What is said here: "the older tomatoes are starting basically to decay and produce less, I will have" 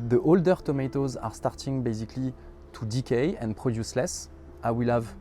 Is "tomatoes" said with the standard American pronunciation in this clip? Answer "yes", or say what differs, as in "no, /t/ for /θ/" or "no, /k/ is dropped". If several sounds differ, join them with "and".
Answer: yes